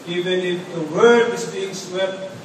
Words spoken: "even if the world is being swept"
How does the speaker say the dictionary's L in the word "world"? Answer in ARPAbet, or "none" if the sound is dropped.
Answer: none